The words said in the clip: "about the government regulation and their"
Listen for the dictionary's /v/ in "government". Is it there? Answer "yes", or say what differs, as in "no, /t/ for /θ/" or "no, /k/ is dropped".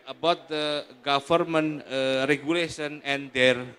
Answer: no, /f/ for /v/